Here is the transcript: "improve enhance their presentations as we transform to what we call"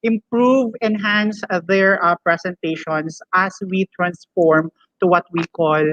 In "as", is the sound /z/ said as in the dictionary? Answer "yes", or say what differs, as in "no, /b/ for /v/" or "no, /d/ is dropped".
no, /s/ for /z/